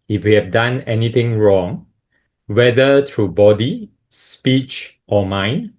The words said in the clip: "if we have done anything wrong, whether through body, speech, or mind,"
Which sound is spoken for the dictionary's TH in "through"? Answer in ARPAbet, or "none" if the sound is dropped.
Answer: T